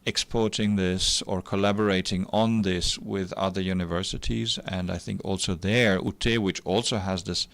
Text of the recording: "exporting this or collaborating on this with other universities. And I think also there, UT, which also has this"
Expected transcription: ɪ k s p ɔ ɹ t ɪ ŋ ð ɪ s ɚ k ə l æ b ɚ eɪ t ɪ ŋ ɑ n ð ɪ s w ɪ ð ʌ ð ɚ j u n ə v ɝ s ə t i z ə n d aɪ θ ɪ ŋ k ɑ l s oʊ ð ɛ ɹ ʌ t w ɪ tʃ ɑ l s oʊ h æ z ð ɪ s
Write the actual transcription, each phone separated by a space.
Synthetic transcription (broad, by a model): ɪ k s p ɔ ɹ t ɪ ŋ ð ɪ s ɚ k ə l æ b ɚ eɪ t ɪ ŋ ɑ n ð ɪ s w ɪ ð ʌ ð ɚ j u n ə v ɝ s ə t i z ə n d aɪ θ ɪ ŋ k ɑ l s oʊ ð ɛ ɹ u t w ɪ tʃ ɑ l s oʊ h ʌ z ð ɪ s